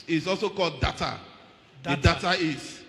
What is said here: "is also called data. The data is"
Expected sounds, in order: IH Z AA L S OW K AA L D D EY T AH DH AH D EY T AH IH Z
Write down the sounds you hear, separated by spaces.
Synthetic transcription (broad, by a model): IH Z AA L S OW K AA L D D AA T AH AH D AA T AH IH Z